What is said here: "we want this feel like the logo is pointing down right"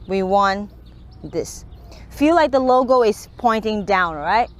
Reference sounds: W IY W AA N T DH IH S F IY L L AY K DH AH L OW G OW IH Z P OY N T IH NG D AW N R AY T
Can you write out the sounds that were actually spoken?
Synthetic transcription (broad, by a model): W IY W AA N DH IH S F IY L L AY K DH AH L OW G OW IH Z P OY N T IH NG D AW N R AY T